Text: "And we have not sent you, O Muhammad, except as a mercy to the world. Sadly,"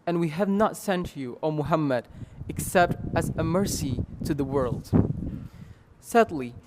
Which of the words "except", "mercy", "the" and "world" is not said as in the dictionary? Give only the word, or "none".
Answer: none